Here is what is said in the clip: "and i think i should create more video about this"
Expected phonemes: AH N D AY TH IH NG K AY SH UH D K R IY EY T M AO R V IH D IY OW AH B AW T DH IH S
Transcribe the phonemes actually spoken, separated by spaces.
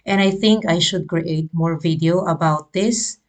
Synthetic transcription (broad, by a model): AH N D AY TH IH NG K AY SH UH D K R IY EY T M AO R V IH D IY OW AH B AW T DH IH S